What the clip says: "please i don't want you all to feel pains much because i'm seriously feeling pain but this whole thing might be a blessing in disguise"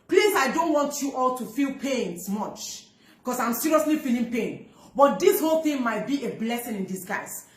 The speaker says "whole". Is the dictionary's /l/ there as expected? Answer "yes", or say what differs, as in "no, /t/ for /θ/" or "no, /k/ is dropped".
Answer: yes